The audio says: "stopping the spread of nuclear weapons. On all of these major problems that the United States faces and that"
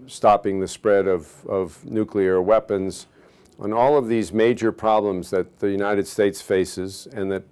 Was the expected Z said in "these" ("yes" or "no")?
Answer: yes